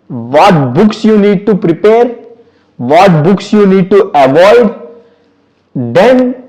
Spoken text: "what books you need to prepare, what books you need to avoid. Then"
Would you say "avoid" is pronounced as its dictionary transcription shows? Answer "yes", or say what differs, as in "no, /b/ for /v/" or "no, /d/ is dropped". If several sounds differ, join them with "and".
yes